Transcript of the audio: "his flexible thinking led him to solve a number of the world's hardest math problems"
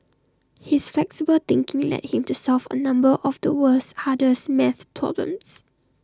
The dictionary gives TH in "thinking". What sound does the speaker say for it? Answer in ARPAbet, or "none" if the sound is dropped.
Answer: T